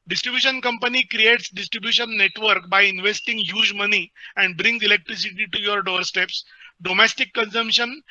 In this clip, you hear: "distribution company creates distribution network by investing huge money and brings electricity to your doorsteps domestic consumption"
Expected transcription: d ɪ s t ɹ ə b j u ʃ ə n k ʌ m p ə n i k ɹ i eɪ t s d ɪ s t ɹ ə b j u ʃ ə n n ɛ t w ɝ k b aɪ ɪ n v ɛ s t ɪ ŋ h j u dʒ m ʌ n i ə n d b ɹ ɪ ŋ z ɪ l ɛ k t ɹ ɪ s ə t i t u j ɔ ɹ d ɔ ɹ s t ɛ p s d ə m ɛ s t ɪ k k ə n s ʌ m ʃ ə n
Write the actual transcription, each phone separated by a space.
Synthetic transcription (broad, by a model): d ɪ s t ɹ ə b j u ʃ ə n k ʌ m p ə n i k ɹ i eɪ t s d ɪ s t ɹ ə b j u ʃ ə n n ɛ t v ɝ k b aɪ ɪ n v ɛ s t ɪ ŋ h j u dʒ m ʌ n i ə n d b ɹ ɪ ŋ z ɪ l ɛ k t ɹ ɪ s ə t i t u j ɔ ɹ d ɔ ɹ s t ɛ p s d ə m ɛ s t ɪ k k ə n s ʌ m ʃ ə n